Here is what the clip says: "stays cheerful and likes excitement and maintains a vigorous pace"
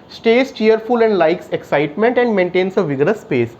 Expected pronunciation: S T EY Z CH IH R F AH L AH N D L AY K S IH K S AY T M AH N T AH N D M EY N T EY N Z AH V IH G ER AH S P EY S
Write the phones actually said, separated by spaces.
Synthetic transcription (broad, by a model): S T EY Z CH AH R F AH L AH N D L AY K S IH K S AY T M AH N T AH N D M EY N T EY N S AH V IH G ER AH S P EY S